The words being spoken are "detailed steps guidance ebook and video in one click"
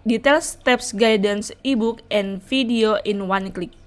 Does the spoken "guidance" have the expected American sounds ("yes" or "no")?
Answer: yes